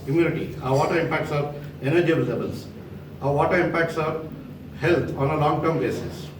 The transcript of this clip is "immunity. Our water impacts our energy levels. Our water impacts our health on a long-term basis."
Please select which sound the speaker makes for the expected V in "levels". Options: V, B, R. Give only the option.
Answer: B